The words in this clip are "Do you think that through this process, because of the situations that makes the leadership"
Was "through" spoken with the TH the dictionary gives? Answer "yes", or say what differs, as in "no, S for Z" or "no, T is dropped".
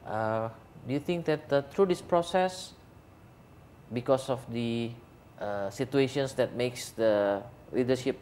no, T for TH